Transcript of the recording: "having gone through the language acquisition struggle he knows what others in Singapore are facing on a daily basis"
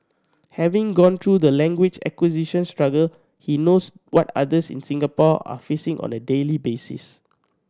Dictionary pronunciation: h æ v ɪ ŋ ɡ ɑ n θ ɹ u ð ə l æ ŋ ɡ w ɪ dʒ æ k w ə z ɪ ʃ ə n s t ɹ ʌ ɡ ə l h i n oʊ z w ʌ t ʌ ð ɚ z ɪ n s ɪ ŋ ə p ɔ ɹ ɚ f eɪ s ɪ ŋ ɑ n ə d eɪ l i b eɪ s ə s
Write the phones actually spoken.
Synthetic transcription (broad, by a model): h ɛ v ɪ ŋ ɡ ɑ n t ɹ u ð ə l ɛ ŋ ɡ w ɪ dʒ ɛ k w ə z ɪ ʃ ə n s t ɹ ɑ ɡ ə l h i n oʊ s w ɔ t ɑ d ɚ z ɪ n s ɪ ŋ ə p ɔ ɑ f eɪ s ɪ ŋ ɑ n ə d eɪ l i b eɪ s ə s